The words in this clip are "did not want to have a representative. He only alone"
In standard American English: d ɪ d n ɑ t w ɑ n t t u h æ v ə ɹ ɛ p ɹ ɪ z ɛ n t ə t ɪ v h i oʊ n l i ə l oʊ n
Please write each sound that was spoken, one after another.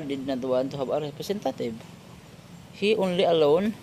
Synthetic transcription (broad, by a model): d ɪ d n ɑ t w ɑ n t t u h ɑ b ə ɹ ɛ p ɹ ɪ s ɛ n t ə t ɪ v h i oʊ n l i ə l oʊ n